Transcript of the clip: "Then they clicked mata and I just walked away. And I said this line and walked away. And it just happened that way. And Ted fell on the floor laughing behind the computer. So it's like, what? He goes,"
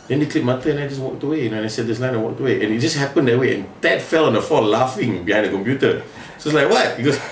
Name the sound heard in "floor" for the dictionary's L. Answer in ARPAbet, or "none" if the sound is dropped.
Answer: none